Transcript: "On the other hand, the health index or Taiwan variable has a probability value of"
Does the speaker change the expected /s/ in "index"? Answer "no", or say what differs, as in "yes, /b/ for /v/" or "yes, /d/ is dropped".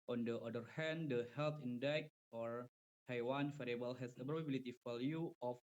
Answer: yes, /s/ is dropped